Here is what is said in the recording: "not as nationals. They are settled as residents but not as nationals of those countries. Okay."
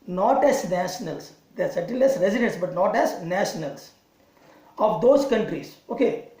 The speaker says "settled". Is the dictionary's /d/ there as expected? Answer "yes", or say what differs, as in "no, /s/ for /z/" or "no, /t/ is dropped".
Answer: no, /d/ is dropped